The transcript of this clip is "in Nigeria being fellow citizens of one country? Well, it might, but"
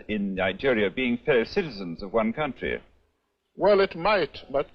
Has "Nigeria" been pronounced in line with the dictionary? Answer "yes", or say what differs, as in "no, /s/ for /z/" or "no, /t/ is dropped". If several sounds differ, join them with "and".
yes